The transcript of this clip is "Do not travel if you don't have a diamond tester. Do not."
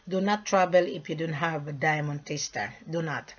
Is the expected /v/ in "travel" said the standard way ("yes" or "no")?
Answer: no